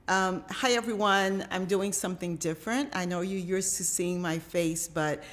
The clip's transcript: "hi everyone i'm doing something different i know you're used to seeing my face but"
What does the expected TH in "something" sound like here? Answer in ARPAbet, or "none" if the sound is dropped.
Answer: TH